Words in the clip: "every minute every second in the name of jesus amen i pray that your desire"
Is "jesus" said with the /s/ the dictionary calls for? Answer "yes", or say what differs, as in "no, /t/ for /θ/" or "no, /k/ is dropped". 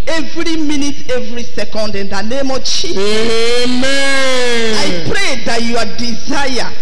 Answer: no, /s/ is dropped